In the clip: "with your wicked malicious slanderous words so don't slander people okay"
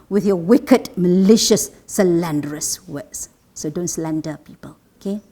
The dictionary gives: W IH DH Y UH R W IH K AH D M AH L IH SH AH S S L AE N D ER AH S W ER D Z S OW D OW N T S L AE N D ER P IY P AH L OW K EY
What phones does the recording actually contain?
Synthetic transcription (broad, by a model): W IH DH Y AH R W IH K AH D M AH L IH SH AH S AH L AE N D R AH S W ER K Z S OW D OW N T S L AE N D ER P IY P AH L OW K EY